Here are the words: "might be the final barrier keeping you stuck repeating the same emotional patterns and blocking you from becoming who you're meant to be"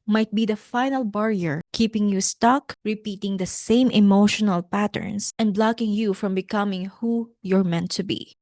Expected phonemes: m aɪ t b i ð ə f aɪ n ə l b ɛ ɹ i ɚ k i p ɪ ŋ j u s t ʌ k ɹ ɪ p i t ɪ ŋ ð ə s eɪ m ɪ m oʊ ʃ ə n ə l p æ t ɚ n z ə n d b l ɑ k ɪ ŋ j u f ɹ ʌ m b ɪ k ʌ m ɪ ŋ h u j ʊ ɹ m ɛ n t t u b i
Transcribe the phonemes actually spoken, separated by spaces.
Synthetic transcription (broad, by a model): m aɪ t b i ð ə f aɪ n ə l b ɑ ɹ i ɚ k i p ɪ ŋ j u s t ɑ k ɹ ɪ p i t ɪ ŋ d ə s eɪ m ɪ m oʊ ʃ ə n ə l p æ t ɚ n s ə n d b l ɑ k ɪ ŋ j u f ɹ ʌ m b ɪ k ʌ m ɪ ŋ h u j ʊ ɹ m ɛ n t t u b i